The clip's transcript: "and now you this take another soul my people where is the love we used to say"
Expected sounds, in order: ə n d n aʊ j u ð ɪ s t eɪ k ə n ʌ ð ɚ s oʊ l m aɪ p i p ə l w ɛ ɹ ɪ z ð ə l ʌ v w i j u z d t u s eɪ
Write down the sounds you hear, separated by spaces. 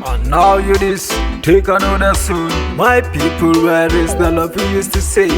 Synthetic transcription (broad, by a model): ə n n aʊ j u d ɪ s t eɪ k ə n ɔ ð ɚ s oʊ n m aɪ p i p ə l w ɛ ɹ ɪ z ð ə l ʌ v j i j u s t u s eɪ